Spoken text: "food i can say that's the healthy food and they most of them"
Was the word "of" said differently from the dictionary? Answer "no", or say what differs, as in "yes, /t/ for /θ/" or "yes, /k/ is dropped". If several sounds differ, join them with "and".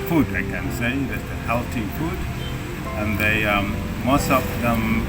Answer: yes, /p/ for /v/